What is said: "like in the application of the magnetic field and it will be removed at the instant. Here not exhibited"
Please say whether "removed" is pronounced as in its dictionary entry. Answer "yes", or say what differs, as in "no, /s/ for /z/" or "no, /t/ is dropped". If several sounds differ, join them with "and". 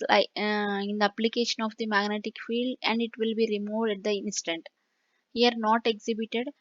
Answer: yes